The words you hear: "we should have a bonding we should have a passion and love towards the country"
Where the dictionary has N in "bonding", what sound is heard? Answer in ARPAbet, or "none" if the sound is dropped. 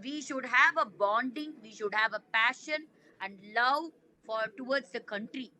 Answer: N